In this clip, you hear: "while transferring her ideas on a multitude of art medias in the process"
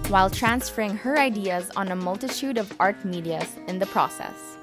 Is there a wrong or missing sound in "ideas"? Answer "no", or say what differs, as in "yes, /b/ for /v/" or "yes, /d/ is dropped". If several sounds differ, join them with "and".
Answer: no